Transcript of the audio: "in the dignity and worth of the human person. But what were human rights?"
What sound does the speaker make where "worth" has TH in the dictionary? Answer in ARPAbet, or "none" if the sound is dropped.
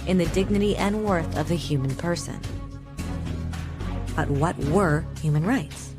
TH